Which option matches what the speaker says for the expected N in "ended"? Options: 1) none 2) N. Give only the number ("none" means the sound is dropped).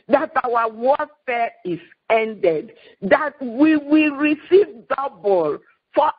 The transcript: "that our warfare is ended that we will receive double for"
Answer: 2